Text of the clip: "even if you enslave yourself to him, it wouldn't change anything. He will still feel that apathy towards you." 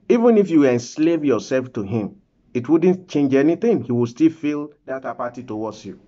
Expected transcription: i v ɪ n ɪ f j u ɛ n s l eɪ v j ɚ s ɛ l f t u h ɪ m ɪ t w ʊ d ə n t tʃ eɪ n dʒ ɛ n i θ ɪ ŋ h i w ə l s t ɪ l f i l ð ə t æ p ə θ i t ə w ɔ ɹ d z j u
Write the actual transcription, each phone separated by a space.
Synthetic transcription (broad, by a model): i v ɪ n ɪ f j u ɛ n s l eɪ v j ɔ s ɛ l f t u h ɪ m ɪ t w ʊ d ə n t tʃ eɪ n dʒ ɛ n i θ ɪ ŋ h i w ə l s t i l f i l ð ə t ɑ p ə t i t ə w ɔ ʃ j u